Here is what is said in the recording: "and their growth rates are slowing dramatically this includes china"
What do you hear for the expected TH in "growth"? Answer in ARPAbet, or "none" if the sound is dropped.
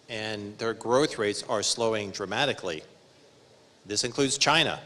TH